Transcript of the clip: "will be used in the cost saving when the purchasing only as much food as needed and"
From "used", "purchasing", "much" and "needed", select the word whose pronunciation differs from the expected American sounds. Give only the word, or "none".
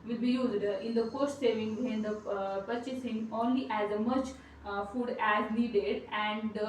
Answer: none